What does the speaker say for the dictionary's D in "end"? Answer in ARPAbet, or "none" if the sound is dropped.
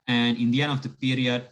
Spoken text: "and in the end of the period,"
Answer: none